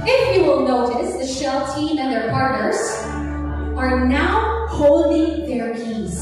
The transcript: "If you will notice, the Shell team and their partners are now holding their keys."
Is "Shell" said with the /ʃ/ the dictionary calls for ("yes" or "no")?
yes